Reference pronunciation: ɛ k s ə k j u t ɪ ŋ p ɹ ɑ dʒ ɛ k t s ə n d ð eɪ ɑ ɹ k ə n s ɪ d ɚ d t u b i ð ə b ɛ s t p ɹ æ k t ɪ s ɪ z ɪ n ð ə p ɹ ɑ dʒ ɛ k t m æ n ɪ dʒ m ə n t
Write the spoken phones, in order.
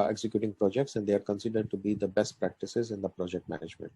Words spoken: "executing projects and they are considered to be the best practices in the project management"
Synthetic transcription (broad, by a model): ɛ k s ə k j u t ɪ ŋ p ɹ ɑ dʒ ɛ k t s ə n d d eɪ ɑ ɹ k ə n s ɪ d ɚ d t u b i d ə b ɛ s t p ɹ æ k t ɪ s ɪ z ɪ n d ə p ɹ ɑ dʒ ɛ k t m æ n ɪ dʒ m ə n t